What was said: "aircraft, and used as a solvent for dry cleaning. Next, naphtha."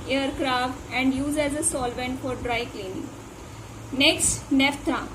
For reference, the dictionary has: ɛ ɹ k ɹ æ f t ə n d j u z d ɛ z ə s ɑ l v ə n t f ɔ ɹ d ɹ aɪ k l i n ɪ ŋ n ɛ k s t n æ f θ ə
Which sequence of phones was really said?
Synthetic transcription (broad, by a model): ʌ ɹ k ɹ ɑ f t ə n d j u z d ɛ z ə s ɑ l v ə n t f ɔ ɹ d ɹ aɪ k l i n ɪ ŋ n ɛ k s t n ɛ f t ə